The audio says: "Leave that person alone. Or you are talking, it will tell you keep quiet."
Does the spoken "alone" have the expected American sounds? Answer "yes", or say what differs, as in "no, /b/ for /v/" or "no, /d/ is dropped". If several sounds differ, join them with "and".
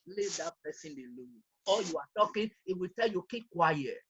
no, /n/ is dropped